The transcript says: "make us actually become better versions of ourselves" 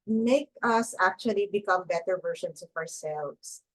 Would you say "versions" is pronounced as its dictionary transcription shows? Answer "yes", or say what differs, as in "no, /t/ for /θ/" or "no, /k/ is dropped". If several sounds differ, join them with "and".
no, /s/ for /z/